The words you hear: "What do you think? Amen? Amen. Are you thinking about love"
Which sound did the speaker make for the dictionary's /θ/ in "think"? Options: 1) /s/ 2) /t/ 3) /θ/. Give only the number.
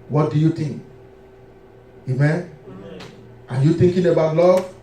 2